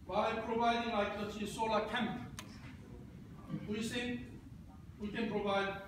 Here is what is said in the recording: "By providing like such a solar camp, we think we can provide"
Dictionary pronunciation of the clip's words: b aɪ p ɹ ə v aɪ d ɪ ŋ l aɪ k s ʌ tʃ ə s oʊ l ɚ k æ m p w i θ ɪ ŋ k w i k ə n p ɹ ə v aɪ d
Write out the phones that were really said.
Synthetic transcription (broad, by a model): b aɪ p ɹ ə v aɪ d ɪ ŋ l aɪ k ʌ s ə s oʊ l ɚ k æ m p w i s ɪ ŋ w i k ə n p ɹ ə v aɪ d